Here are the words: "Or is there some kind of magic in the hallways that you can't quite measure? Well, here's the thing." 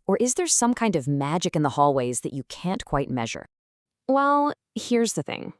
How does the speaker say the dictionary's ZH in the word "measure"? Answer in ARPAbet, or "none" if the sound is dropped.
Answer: ZH